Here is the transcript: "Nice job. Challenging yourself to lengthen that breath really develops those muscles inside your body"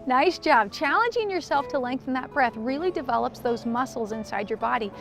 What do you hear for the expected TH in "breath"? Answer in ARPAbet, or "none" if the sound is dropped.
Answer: TH